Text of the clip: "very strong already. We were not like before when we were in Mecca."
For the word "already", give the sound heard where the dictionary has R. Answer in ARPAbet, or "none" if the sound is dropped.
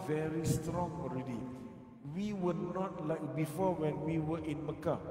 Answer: R